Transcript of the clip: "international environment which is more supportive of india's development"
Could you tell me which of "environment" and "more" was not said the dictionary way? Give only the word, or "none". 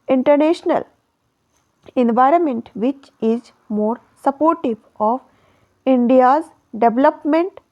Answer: none